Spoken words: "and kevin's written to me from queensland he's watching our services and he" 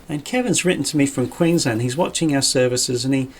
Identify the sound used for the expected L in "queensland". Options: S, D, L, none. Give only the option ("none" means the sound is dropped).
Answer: none